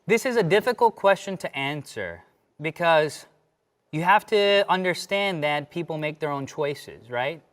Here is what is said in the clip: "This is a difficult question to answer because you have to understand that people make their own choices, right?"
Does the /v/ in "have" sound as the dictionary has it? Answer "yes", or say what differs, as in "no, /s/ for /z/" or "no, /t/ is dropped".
no, /f/ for /v/